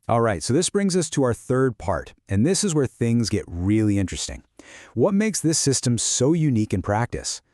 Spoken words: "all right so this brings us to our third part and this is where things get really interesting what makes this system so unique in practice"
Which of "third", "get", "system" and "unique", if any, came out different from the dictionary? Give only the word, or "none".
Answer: none